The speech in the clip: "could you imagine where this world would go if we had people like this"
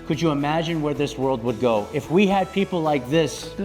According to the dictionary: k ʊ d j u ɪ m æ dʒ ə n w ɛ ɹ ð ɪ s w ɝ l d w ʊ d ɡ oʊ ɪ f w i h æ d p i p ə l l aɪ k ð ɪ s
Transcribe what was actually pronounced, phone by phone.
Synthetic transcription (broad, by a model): k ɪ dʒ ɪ ɪ m æ dʒ ə n w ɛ ɹ ð ɪ s w ɝ l d w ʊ d ɡ oʊ ɪ f w i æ d p i p l l aɪ k ð ɪ s